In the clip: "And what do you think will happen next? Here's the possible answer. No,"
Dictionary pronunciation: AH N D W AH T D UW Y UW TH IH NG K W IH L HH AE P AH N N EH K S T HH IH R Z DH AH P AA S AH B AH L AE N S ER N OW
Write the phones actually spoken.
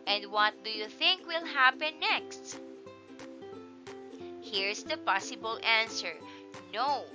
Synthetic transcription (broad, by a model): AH N D W AH T D UW Y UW TH IH NG K W IH L HH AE P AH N N EH K S T HH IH R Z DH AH P AA S AH B AH L AE N S ER N OW